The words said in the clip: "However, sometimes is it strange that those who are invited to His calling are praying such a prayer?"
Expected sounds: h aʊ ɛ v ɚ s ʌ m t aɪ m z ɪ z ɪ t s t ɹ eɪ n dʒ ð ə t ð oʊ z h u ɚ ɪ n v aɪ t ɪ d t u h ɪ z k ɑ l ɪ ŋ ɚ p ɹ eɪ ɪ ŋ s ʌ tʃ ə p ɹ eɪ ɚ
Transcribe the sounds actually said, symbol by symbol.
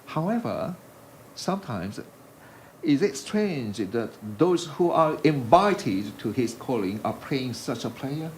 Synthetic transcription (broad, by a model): h aʊ ɛ v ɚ s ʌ m t aɪ m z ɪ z ɪ t s t ɹ eɪ n dʒ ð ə t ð oʊ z h u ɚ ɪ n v aɪ t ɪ d t u h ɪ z k ɑ l ɪ ŋ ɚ p l eɪ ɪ ŋ s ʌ tʃ ə p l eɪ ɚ